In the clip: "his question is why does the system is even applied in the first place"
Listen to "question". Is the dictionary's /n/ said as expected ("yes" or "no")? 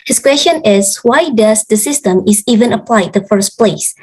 yes